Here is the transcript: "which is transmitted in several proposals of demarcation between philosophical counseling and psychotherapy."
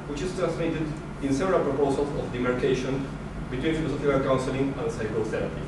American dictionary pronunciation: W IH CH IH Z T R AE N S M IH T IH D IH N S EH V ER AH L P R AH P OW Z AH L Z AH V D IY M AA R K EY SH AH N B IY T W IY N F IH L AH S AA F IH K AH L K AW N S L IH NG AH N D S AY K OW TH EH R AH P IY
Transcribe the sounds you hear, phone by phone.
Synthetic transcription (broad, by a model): W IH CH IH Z T R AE N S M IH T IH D IH N S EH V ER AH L P R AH P OW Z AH L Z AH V D IY M AA R K EY SH AH N B IY T W IY N F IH L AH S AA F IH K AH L K AW N S L IH NG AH N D S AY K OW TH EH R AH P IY